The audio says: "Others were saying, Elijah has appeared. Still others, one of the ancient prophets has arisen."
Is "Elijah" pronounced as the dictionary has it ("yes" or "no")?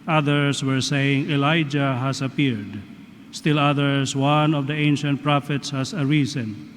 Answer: yes